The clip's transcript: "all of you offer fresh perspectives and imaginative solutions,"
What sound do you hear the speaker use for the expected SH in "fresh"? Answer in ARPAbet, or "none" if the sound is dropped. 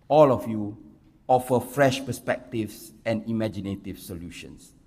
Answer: SH